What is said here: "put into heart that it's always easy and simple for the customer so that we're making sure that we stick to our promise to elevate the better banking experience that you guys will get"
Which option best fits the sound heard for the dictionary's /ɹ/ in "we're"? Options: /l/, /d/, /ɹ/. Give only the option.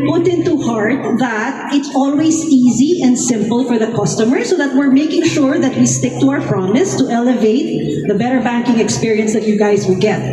/ɹ/